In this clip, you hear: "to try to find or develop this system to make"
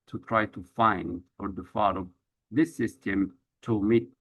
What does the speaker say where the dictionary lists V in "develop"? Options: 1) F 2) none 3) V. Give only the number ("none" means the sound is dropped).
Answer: 1